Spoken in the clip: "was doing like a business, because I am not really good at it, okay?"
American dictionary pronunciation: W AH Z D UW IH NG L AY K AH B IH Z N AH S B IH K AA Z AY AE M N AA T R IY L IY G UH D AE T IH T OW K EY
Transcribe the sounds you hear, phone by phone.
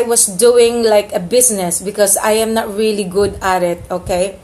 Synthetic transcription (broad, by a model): W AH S D UW IH NG L AY K AH B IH S N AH S B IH K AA S AY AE M N AA T R IY L IY G UH D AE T IH T OW K EY